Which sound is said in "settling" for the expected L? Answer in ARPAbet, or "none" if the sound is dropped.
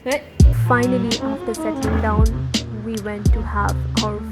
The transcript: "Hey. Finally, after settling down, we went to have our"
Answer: none